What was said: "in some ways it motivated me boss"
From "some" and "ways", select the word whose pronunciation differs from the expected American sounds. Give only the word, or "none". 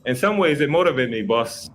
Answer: none